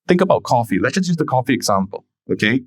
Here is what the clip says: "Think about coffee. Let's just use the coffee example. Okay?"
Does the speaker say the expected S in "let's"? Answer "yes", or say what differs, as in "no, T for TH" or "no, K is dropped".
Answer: no, S is dropped